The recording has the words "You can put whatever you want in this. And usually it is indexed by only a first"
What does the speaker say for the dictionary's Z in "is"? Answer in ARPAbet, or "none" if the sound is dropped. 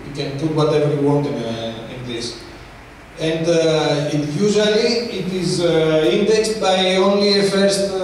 Z